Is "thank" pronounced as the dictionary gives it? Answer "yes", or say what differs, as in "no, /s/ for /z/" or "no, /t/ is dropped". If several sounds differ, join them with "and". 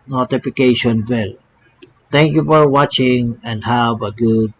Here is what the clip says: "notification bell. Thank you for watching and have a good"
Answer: no, /t/ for /θ/